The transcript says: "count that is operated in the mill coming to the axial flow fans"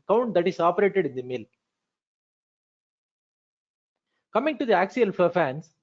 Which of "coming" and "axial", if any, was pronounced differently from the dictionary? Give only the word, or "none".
none